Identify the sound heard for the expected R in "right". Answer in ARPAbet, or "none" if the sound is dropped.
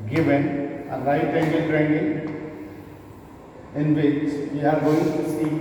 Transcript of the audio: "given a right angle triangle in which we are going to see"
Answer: L